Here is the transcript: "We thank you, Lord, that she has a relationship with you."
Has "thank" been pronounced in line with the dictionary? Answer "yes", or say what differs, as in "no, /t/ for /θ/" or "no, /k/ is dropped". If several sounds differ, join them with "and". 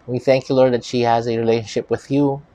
yes